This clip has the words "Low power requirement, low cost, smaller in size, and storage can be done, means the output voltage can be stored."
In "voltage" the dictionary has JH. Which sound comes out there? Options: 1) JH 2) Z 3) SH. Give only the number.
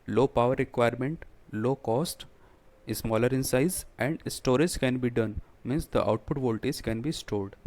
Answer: 2